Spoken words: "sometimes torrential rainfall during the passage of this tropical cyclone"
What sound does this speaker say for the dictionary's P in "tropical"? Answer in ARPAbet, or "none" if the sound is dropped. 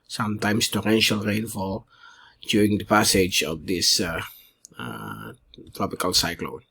P